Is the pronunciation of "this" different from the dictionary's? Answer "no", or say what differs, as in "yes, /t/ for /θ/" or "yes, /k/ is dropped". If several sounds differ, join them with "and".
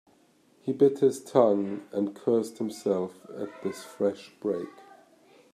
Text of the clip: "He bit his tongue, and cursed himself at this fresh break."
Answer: no